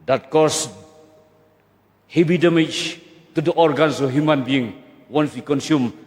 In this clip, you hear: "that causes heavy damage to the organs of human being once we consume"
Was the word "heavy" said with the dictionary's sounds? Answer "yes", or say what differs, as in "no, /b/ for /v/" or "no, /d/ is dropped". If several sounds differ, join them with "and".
no, /b/ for /v/